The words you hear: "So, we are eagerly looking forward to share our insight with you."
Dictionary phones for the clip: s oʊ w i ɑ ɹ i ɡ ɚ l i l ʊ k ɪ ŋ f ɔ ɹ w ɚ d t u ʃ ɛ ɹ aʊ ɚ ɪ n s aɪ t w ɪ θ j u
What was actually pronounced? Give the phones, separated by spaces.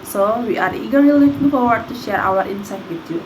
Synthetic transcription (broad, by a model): s oʊ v i ɑ ɹ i ɡ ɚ i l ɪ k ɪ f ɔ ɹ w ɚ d t u ʃ ɛ ɹ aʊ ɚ ɪ n s aɪ t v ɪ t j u